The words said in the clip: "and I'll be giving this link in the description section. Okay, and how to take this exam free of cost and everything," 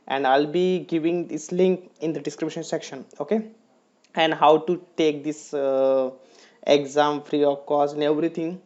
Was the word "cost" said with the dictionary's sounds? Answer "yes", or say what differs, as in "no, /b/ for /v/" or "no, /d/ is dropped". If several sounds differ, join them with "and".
no, /t/ is dropped